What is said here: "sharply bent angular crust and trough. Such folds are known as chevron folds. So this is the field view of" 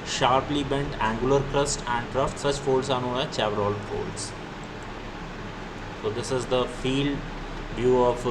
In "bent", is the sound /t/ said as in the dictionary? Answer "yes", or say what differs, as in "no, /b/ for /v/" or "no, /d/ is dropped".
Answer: yes